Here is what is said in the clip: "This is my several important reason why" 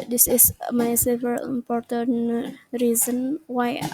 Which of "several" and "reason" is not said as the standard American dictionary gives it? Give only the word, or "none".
several